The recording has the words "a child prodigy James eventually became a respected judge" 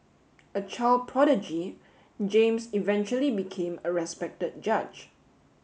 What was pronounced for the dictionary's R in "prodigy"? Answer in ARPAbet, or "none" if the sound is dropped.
R